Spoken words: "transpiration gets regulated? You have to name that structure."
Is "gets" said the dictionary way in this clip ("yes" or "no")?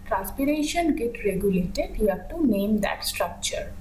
no